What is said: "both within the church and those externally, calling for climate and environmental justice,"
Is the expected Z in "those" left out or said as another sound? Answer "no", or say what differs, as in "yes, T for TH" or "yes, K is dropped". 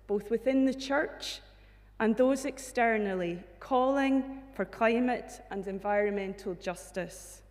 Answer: no